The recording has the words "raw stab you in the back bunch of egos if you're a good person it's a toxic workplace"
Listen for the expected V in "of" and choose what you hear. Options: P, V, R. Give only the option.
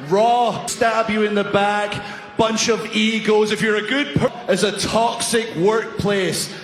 V